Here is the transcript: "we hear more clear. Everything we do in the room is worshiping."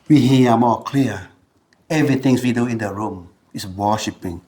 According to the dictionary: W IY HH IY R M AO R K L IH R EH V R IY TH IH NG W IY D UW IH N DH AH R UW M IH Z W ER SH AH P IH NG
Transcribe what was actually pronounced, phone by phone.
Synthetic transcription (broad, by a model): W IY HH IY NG M AO K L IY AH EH V R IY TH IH NG W IY D UW IH N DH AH R UW M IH S W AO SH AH P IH NG